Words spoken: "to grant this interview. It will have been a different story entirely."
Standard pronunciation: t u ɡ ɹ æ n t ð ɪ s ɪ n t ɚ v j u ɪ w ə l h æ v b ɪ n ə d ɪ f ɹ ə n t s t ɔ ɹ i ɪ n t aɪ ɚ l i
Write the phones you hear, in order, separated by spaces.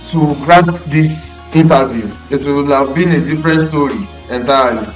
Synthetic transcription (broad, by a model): t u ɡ ɹ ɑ t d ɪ s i n t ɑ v j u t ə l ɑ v b ɪ n ə d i f ɹ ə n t s t ɔ ɹ i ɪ n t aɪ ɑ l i